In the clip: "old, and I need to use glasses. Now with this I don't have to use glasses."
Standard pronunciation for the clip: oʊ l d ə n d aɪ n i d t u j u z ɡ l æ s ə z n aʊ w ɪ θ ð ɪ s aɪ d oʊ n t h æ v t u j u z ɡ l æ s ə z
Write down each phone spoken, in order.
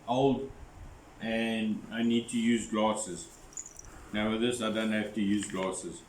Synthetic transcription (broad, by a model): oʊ l d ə n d aɪ n i d t u j u z ɡ l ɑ s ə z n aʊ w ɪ ð ɪ s aɪ d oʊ n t h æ f t u j u z ɡ l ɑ s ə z